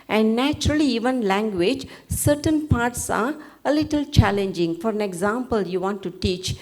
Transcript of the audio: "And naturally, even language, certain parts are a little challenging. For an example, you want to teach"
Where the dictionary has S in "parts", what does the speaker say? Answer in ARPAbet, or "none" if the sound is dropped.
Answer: S